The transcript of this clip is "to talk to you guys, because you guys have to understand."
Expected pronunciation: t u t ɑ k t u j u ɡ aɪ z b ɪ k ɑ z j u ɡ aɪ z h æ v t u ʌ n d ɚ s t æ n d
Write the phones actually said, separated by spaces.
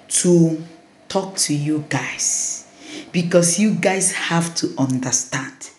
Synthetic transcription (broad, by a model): t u t ɑ k t u j u ɡ aɪ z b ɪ k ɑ s j u ɡ aɪ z h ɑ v t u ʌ n d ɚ s t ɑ n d